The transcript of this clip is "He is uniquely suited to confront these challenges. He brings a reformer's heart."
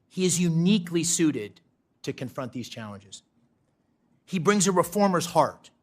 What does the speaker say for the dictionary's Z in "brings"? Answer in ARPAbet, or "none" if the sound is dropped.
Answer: Z